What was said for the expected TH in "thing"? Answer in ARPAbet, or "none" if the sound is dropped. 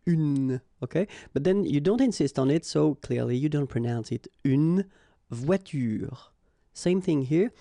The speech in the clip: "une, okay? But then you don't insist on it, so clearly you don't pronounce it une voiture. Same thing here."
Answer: TH